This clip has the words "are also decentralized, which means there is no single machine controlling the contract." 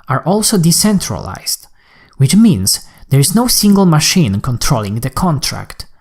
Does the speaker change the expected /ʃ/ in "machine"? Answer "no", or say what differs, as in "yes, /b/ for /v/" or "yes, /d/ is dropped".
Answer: no